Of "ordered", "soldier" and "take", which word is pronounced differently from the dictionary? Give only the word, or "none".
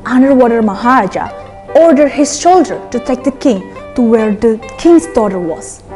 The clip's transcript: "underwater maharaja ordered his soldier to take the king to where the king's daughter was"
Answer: soldier